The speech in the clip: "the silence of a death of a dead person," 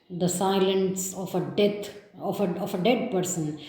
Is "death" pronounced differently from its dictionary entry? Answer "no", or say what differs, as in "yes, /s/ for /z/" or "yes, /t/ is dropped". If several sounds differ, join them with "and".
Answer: yes, /f/ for /θ/